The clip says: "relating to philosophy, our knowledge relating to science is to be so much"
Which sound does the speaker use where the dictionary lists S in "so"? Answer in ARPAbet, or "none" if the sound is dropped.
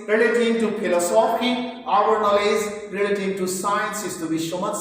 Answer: SH